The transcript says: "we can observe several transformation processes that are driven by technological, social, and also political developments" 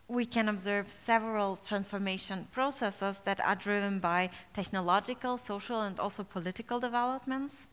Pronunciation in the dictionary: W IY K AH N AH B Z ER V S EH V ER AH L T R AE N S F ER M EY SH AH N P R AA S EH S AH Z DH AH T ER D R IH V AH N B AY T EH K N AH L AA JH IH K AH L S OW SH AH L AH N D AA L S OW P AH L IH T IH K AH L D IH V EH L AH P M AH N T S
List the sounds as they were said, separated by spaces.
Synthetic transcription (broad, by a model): W IY K AH N AH B Z ER V S EH V ER AH L T R AE N S F ER M EY SH AH N P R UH S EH S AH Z DH AH T ER D R IH V AH N B AY T EH K N AH L AA JH IH K AH L S OW SH AH L AH N D AA L S OW P AH L IH T IH K AH L D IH V EH L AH P M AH N T S